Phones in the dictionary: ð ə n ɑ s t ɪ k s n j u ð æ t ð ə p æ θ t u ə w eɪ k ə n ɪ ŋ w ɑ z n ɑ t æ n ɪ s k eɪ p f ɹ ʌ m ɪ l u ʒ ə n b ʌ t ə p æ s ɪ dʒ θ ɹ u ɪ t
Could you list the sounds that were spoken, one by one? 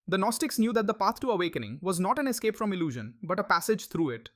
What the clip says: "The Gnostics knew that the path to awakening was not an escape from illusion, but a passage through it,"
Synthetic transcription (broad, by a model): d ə n ɑ s t ɪ k s n j u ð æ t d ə p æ t t u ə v eɪ k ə n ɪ ŋ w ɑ z n ɑ t æ n ɪ s k eɪ p f ɹ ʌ m ɪ l u ʒ ə n b ʌ t ə p æ s ɪ dʒ t ɹ u ɪ t